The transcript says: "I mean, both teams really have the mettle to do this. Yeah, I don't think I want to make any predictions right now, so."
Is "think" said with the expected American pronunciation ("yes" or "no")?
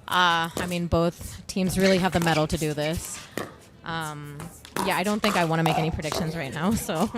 yes